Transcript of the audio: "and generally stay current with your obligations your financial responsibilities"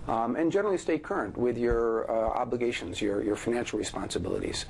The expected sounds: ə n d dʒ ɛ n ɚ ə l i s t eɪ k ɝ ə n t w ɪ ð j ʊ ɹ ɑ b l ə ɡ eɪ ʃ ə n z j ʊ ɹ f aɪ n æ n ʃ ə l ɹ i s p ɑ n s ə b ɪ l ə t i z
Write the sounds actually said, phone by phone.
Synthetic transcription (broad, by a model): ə n dʒ ɛ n ɚ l i s t eɪ k ɝ ə n t w ɪ ð j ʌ ɹ ɑ b l ə ɡ eɪ ʃ ə n z j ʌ ɹ f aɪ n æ n ʃ l ɹ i s p ɑ n s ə b ɪ l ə t i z